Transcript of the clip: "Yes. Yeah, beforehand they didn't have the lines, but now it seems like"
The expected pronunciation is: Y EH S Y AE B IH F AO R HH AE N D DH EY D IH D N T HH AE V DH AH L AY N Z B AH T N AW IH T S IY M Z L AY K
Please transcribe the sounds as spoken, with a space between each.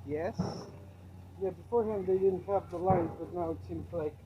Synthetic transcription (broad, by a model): Y EH S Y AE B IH F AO R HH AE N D DH EY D IH D N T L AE P DH AH L AY N Z B AH T N AW IH T S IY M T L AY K